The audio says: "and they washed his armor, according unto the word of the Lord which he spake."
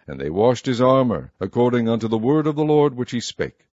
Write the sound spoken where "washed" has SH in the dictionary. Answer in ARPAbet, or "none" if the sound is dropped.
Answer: SH